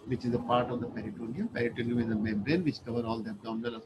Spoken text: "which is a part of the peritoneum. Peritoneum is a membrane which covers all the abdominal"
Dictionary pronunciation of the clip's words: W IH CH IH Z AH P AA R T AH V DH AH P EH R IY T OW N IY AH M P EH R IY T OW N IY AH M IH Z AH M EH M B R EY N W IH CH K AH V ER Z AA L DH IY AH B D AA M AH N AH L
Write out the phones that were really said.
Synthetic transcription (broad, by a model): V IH CH IH Z AH P AA R T AH V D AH P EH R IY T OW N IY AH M P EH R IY T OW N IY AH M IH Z AH M EH M B R EY N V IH CH K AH V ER AA L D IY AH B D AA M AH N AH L